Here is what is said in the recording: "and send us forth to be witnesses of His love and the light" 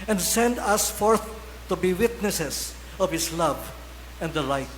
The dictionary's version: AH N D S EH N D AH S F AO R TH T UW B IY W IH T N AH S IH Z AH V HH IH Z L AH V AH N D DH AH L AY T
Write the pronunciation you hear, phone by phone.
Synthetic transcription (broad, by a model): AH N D S EH N D AH S F AO R TH T UW B IY W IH T N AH S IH S AH V HH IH S L AH V AH N D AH L AY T